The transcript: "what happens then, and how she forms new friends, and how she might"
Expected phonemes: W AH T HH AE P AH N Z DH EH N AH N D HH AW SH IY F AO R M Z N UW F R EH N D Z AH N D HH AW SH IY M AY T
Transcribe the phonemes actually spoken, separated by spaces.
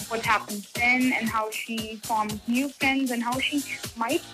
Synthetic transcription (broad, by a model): W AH T HH AE P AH N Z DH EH N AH N HH AW SH IY F AO R M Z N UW F R EH N D Z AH N HH AW SH IY M AY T